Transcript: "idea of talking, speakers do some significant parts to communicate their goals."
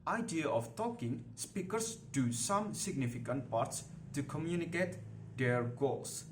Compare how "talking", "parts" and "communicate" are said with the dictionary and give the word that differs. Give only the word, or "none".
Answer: none